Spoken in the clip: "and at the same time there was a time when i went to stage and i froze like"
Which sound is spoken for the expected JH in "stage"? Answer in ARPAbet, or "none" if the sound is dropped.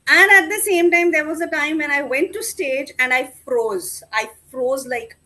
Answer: JH